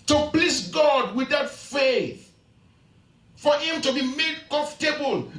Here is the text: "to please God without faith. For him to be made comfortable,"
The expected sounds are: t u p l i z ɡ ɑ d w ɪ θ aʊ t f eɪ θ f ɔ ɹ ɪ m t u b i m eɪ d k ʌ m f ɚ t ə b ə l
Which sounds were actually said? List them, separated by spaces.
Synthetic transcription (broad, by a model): t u p l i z ɡ ɑ d w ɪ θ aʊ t f eɪ θ f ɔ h ɪ m t u b i m eɪ d k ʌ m f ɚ t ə b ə l